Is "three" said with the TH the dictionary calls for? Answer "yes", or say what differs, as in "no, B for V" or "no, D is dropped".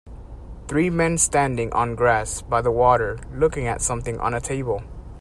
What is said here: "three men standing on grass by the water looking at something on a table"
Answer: yes